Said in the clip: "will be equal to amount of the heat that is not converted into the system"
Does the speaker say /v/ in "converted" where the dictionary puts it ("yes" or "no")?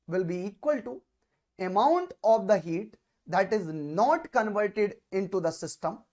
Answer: yes